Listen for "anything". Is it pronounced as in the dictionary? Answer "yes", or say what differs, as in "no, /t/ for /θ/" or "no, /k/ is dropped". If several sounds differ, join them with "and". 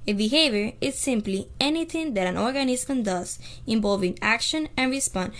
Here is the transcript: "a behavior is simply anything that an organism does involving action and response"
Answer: no, /t/ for /θ/